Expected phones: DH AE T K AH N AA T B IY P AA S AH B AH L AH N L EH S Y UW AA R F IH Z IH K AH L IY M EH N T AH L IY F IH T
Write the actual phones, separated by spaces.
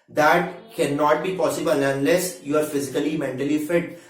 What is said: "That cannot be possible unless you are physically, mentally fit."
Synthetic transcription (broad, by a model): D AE T K AH N AA T B IY P AA S AH B AH L AH N L EH S Y UW AA R F IH Z IH K AH L IY M EH N T AH L IY F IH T